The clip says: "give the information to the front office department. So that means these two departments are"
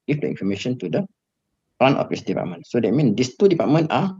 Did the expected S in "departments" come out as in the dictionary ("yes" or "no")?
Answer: no